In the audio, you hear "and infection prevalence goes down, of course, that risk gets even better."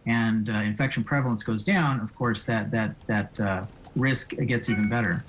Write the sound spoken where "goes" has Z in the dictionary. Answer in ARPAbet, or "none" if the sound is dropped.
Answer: Z